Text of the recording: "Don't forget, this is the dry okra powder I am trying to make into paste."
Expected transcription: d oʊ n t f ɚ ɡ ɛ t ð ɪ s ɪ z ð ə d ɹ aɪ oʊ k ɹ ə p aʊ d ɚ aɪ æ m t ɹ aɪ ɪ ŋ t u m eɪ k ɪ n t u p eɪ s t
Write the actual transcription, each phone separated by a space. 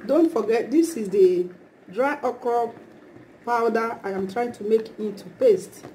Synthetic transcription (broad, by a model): d oʊ n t f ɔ ɡ ɛ t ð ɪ s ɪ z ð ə d ɹ aɪ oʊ k ə p aʊ d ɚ aɪ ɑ m t ɹ aɪ ɪ ŋ t u m eɪ k ɪ n t u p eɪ s t